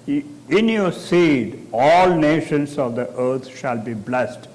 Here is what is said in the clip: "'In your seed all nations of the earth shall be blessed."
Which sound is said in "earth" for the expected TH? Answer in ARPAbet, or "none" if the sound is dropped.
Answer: T